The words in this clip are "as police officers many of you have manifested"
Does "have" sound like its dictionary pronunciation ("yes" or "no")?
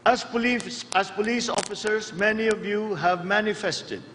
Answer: yes